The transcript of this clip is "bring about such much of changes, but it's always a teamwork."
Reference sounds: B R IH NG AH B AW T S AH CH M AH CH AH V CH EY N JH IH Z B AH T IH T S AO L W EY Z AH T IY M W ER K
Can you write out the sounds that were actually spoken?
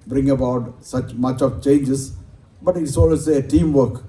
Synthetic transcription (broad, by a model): B R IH NG AH B AW T S AH CH M AH CH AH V CH EY N JH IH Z B AH T IH T S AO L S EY AH T IY M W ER K